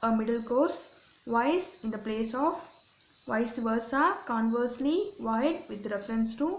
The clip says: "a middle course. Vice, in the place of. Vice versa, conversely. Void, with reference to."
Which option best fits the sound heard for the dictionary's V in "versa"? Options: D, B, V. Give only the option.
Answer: V